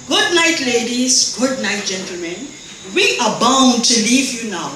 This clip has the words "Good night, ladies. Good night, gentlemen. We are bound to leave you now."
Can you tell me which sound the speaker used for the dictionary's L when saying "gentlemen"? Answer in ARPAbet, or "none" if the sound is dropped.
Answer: L